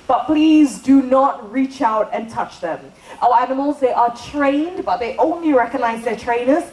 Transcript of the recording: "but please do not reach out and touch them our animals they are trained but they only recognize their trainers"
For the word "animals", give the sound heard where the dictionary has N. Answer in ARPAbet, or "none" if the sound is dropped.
N